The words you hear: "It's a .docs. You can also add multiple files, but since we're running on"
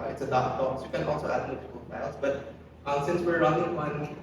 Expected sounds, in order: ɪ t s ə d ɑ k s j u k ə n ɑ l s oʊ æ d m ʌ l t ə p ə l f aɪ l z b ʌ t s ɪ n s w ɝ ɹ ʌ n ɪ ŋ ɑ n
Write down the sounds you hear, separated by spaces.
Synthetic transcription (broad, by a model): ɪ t s ə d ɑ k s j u k ə n ɑ l s oʊ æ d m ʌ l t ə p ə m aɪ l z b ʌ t s ɪ n s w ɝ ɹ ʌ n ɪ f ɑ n